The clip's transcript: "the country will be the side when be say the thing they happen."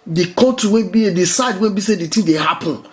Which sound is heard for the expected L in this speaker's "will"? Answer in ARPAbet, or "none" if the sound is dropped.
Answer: N